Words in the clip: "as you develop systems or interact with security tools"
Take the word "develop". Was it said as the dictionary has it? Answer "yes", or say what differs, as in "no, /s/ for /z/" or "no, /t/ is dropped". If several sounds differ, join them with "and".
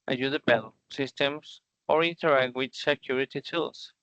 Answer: no, /b/ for /v/